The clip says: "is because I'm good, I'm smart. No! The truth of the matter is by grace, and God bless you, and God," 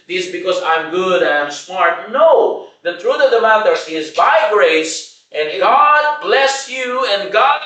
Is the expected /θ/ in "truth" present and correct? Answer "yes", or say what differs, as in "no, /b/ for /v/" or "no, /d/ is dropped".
no, /t/ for /θ/